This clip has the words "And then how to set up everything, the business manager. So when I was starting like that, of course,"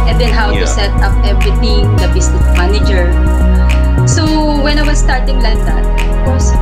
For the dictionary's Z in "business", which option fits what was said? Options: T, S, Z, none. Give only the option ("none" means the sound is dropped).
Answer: S